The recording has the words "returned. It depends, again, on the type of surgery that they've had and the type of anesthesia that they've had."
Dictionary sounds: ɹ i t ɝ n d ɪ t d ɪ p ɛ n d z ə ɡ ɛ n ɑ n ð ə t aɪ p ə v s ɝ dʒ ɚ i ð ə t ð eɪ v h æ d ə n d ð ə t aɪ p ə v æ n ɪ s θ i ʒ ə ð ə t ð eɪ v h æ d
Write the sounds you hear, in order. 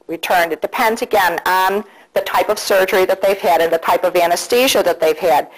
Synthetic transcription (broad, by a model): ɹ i t ɝ n d ɪ t d ɪ p ɛ n d z ə ɡ ɛ n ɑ n ð ə t aɪ p ə v s ɝ dʒ ɚ i ð ə t ð eɪ v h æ d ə n ð ə t aɪ p ə v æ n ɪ s t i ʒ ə ð ə t ð eɪ v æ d